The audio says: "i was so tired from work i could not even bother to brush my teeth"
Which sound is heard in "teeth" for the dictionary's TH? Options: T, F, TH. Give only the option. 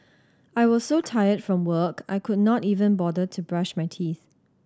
TH